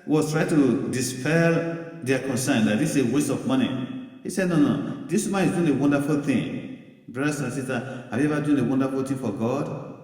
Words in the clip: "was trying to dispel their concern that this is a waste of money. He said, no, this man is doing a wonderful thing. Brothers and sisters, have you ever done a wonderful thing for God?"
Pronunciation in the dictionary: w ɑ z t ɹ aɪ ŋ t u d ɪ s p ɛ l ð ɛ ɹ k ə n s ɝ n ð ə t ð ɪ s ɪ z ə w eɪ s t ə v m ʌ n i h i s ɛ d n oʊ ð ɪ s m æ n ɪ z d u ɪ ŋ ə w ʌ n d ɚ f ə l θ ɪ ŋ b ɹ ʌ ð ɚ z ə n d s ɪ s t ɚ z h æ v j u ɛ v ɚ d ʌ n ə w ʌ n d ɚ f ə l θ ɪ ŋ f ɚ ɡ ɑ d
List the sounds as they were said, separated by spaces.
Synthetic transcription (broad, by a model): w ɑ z t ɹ aɪ t u d ɪ s p ɛ l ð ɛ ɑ k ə n s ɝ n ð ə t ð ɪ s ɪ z ə w eɪ s t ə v m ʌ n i h i s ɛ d n oʊ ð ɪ s m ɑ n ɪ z d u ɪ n ə w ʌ n d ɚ f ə l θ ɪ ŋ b ɹ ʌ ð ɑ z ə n s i s t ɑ h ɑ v j u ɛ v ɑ d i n ə w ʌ n d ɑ f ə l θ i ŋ f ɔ ɡ ɑ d